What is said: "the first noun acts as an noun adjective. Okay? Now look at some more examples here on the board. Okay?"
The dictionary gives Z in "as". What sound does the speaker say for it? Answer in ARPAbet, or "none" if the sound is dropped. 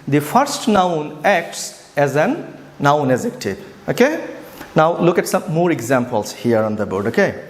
Z